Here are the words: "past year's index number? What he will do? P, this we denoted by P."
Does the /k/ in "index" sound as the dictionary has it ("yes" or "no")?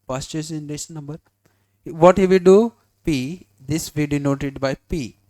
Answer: no